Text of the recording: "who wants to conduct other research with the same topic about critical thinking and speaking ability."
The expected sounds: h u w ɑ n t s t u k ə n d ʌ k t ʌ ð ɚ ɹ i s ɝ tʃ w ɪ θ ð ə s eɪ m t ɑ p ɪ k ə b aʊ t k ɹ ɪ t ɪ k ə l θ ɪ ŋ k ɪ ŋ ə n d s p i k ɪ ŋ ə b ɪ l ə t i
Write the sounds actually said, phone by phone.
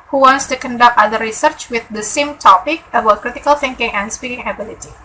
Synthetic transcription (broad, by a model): h u w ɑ n s t u k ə n d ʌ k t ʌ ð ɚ ɹ i s ɝ tʃ w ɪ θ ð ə s eɪ m t ɑ p ɪ k ə b aʊ t k ɹ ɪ t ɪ k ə l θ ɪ ŋ k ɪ ŋ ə n s p i k ɪ ŋ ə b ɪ l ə t i